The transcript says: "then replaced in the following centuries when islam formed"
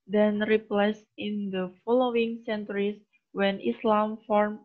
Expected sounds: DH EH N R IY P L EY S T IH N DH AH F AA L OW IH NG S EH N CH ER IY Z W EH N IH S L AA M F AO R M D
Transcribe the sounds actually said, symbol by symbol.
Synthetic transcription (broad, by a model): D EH N R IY P L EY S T IH N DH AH F AA L OW IH NG S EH N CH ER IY S W EH N IH S L AA M F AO R M